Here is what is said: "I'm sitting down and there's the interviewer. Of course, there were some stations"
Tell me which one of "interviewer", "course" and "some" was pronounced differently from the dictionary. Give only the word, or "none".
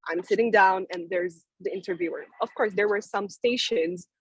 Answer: none